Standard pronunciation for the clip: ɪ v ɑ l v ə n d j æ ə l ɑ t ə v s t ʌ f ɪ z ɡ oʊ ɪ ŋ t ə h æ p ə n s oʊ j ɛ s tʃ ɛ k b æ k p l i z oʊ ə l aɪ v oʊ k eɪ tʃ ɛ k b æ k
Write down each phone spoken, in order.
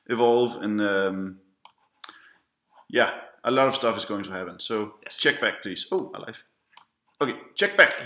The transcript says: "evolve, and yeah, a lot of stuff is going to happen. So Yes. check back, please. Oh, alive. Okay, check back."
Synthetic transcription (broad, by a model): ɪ v ɑ l v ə n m j æ ə l ɑ t ə v s t ʌ f ɪ z ɡ oʊ ɪ ŋ t ə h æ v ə n s oʊ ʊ tʃ ɛ k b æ k p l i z oʊ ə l aɪ f oʊ k eɪ tʃ ɛ k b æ k